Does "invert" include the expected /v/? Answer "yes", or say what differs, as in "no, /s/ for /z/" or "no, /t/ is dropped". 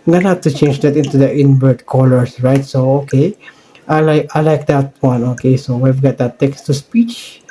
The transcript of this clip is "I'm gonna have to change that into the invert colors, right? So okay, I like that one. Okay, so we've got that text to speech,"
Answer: no, /b/ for /v/